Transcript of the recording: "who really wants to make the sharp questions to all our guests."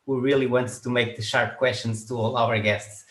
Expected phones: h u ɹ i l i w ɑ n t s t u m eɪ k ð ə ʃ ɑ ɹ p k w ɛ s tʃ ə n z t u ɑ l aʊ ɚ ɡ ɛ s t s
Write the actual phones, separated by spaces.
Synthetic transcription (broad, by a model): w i ɹ i l i w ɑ n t t u m eɪ k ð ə ʃ ɑ ɹ p k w ɛ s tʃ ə n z t u ɑ l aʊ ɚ ɡ ɛ s t s